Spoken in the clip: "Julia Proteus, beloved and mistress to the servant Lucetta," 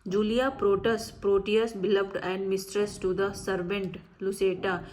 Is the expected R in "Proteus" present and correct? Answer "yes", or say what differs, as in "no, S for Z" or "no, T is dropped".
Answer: yes